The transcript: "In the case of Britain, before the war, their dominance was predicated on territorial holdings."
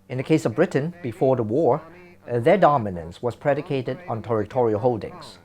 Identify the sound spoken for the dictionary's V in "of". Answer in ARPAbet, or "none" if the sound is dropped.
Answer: V